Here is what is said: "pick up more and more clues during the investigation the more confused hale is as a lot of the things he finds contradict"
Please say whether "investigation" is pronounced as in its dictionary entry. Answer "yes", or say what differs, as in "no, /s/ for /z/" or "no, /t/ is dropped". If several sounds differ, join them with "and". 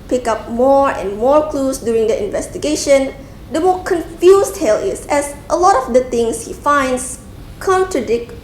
yes